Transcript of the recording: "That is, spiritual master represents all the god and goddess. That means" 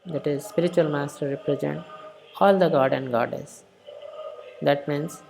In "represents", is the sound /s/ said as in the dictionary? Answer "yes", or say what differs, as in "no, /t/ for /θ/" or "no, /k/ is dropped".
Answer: no, /s/ is dropped